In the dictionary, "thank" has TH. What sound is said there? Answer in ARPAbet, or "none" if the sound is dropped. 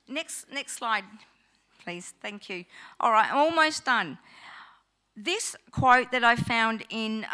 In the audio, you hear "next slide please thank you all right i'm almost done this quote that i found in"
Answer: TH